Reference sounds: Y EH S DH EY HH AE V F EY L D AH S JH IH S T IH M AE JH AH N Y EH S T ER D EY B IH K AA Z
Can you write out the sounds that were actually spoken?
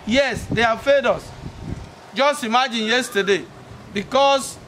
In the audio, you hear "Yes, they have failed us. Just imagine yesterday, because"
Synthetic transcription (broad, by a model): Y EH S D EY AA F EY D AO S JH IH S T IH M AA JH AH N Y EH S T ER D EY B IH K AA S